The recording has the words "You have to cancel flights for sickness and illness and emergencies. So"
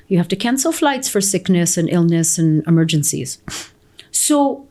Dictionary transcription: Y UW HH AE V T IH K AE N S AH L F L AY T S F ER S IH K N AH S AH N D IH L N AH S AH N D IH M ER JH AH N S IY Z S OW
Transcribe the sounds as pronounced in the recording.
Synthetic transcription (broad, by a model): Y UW HH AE F T IH K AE N S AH L F L AY T S F ER S IH K N AH S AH N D IH L N AH S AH N IH M ER JH AH N S IY Z S OW